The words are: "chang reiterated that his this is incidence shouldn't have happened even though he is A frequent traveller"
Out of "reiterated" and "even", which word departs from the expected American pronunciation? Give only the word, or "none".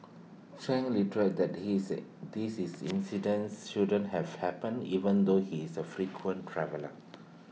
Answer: reiterated